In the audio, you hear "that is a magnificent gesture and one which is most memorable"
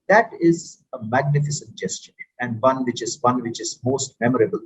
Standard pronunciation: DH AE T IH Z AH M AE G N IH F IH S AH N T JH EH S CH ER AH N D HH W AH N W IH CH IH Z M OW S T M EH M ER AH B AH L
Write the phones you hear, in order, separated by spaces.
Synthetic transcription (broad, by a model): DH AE T IH Z AH M AE G N IH F IH S AH N T JH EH S CH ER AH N D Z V AH N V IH CH IH Z M OW S T M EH M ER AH B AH L